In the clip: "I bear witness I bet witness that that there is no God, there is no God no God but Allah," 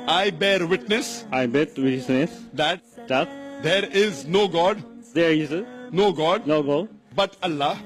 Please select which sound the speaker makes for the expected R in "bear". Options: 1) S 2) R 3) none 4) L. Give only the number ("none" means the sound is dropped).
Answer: 2